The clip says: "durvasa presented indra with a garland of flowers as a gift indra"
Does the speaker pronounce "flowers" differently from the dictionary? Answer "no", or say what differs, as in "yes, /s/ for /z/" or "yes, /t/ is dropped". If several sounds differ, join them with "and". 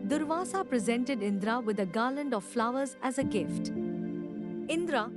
no